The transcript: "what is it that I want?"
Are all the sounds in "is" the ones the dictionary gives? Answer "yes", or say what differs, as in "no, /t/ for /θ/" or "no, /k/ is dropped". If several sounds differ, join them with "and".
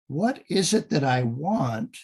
yes